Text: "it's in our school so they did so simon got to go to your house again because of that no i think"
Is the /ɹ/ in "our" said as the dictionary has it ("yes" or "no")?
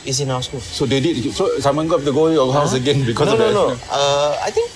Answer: no